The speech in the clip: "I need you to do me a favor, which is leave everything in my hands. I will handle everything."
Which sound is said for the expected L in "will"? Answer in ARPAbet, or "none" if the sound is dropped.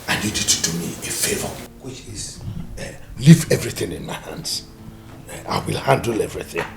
L